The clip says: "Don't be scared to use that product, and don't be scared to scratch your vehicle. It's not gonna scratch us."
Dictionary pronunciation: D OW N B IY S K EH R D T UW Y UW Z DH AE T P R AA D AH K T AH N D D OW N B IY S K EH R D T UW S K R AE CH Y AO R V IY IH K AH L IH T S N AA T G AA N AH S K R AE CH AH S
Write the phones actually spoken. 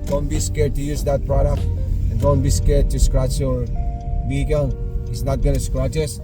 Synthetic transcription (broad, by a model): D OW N B IY S K EH R D T UW Y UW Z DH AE T P R AA D AH K T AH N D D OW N B IY S K EH R D T UW S K R AE CH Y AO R B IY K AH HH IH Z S N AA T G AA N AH S K R AE CH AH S